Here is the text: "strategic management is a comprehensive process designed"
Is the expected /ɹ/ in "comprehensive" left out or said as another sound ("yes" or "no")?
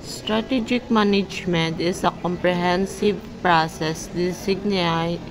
no